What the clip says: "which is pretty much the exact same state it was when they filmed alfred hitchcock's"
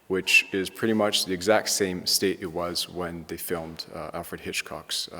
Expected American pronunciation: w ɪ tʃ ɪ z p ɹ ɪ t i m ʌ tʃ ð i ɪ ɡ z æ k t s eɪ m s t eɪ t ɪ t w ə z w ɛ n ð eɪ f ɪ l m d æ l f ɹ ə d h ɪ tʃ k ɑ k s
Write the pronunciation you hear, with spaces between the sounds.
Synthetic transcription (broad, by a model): w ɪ tʃ ɪ z p ɹ ɪ t i m ʌ tʃ ð i ɪ ɡ z æ k t s eɪ m s t eɪ t ɪ t w ə z w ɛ n ð eɪ f ɪ l m d æ l f ɹ ə d h ɪ tʃ k ɑ k s